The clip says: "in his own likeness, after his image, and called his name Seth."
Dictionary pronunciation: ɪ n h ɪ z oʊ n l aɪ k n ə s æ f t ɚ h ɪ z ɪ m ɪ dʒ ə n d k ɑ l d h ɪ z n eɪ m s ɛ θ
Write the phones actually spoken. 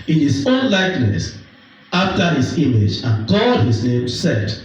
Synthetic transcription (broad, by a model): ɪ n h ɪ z oʊ n l aɪ k n ə s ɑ f t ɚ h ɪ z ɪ m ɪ dʒ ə n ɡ ɑ d h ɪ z n eɪ m s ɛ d